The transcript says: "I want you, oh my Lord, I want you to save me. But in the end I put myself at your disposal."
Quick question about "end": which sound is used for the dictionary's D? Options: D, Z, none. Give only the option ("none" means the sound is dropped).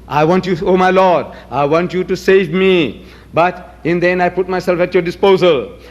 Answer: none